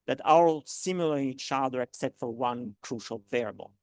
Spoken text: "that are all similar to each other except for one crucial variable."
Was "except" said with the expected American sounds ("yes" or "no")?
no